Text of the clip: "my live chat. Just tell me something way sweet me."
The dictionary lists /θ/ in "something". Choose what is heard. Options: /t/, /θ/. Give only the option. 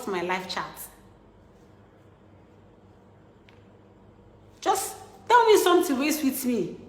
/t/